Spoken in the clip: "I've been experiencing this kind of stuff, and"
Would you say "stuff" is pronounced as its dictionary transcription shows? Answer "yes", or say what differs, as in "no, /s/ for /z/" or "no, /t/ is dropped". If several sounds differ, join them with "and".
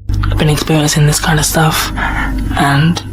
yes